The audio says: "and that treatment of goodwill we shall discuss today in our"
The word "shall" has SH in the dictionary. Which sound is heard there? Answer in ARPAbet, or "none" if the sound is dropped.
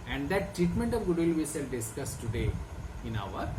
S